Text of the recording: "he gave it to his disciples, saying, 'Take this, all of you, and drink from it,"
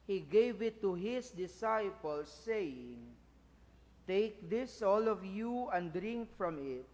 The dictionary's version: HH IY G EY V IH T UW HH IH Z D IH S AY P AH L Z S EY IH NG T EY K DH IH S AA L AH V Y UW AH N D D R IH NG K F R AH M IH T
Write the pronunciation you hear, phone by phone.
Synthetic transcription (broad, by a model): HH IY G EY V IH T UW HH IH S D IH S AY P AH L S EY IH NG T EY K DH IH S AA L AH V Y UW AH N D D R IH NG K F R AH M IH T